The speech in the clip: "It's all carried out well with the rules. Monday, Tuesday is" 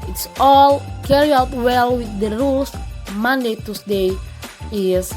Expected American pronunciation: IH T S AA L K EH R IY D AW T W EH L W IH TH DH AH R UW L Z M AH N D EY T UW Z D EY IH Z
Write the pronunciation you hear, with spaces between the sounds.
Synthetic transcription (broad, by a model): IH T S AA L K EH R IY AW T W EH L W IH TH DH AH R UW L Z M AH N D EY T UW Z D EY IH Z